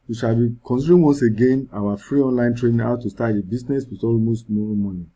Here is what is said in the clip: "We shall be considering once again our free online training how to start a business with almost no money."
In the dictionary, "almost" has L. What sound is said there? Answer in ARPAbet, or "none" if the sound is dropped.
L